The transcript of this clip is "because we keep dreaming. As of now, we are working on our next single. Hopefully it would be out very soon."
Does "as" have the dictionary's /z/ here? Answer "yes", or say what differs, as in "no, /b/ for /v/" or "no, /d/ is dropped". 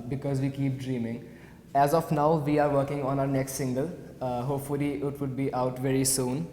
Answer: yes